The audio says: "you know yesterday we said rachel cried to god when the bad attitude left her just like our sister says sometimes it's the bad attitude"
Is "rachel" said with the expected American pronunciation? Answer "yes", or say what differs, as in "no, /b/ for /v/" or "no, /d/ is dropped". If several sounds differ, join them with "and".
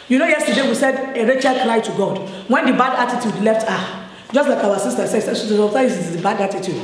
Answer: yes